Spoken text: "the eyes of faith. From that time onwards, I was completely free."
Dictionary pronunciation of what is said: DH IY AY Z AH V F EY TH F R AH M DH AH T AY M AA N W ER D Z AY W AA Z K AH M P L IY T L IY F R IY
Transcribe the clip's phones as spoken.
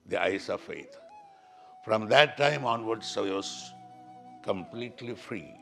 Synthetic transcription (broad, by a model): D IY AY S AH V F EY T F R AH M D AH T AY M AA N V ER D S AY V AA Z K AH M P L IY T L IY F R IY